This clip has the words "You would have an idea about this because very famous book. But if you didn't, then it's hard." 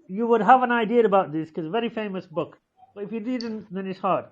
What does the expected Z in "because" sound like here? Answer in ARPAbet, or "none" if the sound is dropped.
none